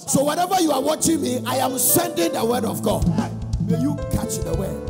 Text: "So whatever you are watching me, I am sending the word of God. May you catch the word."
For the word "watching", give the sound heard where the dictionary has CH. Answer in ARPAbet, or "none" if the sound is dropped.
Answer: CH